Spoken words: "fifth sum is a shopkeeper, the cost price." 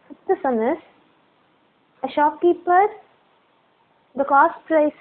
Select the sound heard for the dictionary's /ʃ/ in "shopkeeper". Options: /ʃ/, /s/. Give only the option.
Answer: /ʃ/